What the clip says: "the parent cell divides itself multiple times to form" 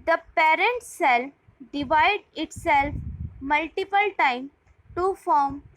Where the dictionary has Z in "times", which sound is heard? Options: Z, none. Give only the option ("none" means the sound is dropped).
none